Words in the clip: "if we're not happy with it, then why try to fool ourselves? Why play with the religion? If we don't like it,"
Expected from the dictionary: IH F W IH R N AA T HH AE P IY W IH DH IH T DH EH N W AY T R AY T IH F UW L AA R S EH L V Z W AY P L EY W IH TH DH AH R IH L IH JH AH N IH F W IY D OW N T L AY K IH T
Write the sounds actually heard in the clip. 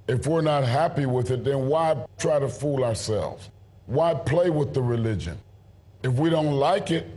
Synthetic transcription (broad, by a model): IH F W IH R N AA T HH AE P IY W IH DH IH T DH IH N W AY T R AY T IH F UW L AA R S EH L V Z W AY P L EY W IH DH AH R IH L IH JH AH N IH F W IY D OW N T L AY K IH T